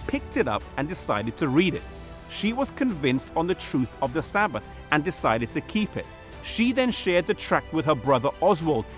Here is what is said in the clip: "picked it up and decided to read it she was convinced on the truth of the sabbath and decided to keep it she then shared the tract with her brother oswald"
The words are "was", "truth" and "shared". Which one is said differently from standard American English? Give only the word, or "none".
none